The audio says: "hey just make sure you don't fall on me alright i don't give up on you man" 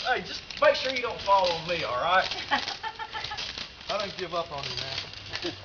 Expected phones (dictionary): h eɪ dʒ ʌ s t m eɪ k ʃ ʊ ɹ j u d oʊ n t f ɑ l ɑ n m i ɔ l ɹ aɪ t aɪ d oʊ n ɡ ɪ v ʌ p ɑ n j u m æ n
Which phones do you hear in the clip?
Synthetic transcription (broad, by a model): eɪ dʒ ʌ s t m eɪ k ʃ ʊ ɹ j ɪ d oʊ n t f ɑ l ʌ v m i ɔ l ɹ aɪ t aɪ d oʊ n ɡ ɪ v ʌ p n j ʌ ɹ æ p